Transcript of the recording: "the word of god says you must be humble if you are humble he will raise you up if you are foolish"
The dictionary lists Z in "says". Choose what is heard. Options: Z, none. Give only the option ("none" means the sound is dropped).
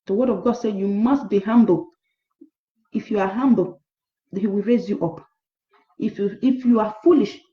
none